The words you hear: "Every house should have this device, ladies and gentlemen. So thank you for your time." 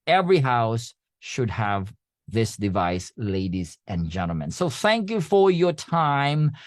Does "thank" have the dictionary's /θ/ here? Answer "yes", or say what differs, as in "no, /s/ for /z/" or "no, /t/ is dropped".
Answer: yes